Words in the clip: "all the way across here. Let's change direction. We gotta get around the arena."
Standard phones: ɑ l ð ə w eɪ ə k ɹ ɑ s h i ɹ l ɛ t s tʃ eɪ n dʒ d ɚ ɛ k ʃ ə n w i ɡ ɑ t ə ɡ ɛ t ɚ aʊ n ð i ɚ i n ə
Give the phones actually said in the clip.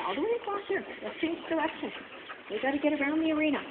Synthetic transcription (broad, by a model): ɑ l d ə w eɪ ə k ɑ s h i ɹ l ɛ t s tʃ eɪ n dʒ d ɚ ɛ k ʃ ə n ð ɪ ɡ ɑ t ə ɡ ɛ t ɚ aʊ n ð i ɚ i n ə